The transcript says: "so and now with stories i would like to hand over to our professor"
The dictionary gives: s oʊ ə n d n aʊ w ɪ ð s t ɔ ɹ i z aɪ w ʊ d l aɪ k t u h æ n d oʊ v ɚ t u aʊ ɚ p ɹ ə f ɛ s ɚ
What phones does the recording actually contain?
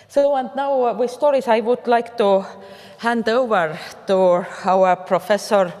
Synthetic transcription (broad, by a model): s oʊ ə n d n aʊ w ɪ ð s t ɔ ɹ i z aɪ w ʊ d l aɪ k t u h æ n d oʊ v ɚ t u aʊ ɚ p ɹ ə f ɛ s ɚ